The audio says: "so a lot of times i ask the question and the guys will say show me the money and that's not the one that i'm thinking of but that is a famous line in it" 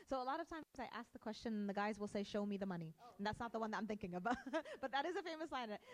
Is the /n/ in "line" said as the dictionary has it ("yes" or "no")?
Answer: no